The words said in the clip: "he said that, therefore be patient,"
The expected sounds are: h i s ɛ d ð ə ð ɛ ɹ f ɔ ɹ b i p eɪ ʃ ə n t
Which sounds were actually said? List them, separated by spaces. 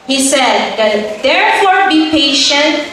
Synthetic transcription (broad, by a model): h i s ɛ d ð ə ð ɛ ɹ f ɔ ɹ b i p eɪ ʃ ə n t